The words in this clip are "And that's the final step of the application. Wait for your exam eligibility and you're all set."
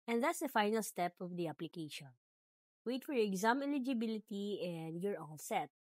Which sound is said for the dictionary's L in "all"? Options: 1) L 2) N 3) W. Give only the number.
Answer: 2